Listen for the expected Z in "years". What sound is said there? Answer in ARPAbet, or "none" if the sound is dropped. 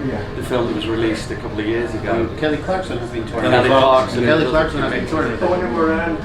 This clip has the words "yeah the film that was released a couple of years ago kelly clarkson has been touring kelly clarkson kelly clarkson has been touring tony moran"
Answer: Z